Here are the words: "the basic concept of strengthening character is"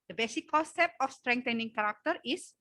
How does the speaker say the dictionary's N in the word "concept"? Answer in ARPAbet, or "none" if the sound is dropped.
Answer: none